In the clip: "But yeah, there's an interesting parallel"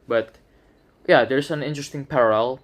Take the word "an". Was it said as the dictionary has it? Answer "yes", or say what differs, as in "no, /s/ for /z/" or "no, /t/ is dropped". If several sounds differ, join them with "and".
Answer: yes